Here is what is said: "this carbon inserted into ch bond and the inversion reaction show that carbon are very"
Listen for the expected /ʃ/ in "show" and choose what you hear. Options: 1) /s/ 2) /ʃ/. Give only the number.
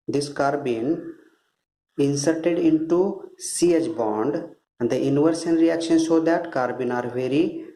1